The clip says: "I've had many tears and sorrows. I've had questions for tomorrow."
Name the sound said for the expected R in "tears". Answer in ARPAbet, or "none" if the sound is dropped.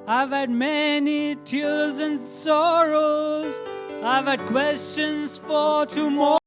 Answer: L